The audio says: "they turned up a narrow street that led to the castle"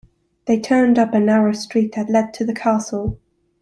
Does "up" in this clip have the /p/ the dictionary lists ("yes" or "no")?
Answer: yes